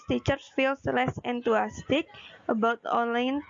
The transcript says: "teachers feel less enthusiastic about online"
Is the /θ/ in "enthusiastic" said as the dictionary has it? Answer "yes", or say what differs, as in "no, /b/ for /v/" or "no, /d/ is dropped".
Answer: no, /t/ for /θ/